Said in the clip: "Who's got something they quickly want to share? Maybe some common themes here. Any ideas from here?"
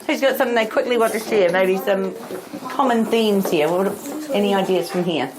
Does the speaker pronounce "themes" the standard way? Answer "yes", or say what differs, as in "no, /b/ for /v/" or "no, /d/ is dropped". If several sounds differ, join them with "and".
yes